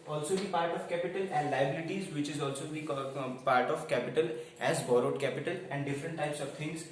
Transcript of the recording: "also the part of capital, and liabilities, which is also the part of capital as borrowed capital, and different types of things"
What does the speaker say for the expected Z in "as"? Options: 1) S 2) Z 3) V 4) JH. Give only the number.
2